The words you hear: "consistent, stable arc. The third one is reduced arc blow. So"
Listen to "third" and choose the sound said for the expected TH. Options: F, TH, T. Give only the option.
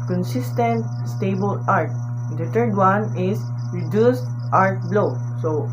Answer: T